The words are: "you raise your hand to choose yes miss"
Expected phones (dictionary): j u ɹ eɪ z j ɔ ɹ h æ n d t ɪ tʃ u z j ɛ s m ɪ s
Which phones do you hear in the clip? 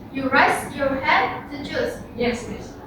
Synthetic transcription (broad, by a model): j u ɹ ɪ s j ɔ ɹ h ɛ d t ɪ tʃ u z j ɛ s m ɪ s